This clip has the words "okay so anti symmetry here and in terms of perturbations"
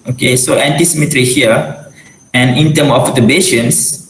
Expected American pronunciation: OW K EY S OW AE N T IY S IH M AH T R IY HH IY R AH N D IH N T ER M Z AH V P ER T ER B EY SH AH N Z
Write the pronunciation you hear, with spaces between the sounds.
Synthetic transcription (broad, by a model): OW K EY S OW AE N T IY S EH M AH T R IY HH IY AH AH N IH N T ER M AH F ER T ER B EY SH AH N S